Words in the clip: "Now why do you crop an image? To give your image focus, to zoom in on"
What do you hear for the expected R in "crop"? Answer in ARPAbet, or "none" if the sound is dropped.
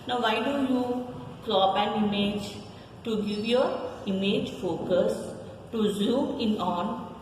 L